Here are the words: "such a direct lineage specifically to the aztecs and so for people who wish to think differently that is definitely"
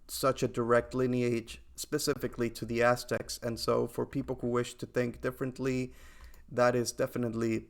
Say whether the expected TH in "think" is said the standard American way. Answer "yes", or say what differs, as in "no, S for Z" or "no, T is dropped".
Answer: yes